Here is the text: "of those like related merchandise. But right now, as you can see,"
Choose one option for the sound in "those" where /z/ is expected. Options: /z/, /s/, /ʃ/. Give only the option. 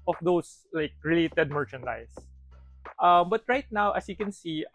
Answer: /s/